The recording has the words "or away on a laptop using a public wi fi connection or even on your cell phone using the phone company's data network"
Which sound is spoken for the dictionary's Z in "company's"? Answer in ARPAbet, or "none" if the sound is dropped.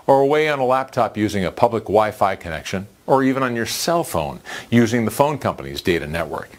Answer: Z